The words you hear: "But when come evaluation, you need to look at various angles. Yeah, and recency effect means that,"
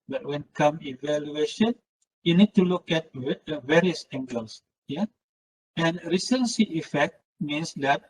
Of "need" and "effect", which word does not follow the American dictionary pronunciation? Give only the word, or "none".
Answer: none